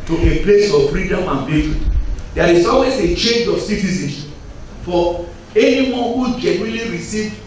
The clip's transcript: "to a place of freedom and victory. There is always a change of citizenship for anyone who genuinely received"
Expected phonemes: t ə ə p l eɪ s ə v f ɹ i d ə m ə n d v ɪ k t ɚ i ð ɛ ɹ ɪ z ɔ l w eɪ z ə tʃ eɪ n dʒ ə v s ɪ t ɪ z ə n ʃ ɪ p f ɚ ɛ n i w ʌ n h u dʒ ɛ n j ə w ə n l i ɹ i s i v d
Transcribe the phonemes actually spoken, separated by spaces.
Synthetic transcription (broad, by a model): t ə ə p l eɪ s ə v f ɹ i d ə m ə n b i t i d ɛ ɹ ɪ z ɔ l w eɪ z ə tʃ eɪ n dʒ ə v s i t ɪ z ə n f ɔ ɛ n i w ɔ n h u dʒ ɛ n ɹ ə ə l i ɹ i s i v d